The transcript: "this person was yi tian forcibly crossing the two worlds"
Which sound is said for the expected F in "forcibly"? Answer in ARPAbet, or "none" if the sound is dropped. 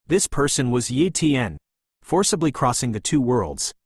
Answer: F